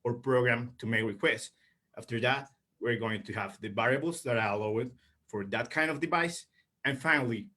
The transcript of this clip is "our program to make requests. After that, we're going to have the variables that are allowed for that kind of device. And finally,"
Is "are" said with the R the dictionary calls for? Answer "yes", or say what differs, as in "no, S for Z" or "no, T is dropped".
no, L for R